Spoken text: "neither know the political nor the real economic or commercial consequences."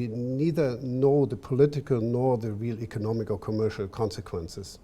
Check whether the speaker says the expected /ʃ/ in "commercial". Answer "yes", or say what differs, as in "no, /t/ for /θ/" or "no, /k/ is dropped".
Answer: yes